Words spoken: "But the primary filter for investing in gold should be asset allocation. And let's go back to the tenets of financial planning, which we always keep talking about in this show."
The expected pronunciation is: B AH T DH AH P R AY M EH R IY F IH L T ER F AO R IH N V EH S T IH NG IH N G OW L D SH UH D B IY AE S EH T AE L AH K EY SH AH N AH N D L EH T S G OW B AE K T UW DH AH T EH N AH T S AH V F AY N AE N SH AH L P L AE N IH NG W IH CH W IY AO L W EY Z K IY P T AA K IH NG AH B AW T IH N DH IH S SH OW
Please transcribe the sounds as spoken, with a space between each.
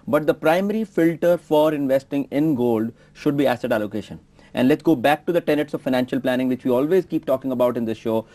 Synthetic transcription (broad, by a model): B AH T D AH P R AY M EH R IY F IH L T ER F AO R IH N V EH S T IH NG IH N G OW L D SH UH D B IY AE S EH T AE L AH K EY SH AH N AH N D L EH T S G OW B AE K T UW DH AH T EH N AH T S AH V F AY N AE N SH AH L P L AE N IH NG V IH CH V IY AO L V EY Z K IY P T AA K IH NG AH B AW T IH N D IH S SH OW